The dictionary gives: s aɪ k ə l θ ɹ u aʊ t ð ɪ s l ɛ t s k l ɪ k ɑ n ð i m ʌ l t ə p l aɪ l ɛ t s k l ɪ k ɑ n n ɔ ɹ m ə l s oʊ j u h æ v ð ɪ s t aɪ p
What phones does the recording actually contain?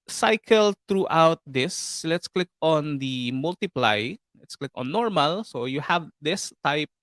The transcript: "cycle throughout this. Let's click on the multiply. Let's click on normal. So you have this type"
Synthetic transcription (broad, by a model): s aɪ k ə l t ɹ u aʊ t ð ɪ s l ɛ t s k l ɪ k ɑ n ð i m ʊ l t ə p l aɪ l ɛ t s k l ɪ k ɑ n n ɔ ɹ m ə l s oʊ j u h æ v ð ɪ s t aɪ p